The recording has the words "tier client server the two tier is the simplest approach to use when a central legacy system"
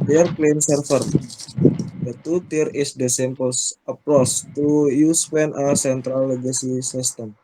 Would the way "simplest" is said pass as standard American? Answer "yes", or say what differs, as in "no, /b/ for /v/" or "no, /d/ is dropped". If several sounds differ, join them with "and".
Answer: no, /l/ is dropped